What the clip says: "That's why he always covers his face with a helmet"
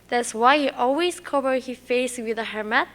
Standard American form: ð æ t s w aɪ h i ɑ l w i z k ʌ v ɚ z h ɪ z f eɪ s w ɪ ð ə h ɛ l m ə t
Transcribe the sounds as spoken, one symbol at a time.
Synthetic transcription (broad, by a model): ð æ t s w aɪ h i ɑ l w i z k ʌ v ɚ h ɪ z f eɪ s w ɪ ð ə h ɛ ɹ m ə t